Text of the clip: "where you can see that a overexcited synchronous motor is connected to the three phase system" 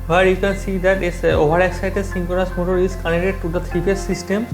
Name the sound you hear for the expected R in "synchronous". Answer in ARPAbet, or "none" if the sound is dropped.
none